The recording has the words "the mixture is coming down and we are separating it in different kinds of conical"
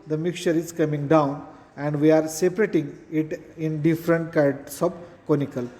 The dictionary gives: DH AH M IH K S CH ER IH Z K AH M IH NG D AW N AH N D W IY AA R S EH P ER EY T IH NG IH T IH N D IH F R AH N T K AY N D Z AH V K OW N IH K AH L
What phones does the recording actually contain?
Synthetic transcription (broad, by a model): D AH M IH K CH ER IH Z K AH M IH NG D AW N AH N D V IY AA R S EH P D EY T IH NG IH T IH N D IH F R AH N T K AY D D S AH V K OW N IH K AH L